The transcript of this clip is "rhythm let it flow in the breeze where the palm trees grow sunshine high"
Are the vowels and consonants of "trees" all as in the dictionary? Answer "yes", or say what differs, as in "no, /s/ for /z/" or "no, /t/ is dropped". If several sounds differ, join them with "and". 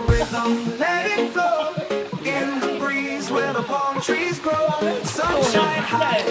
yes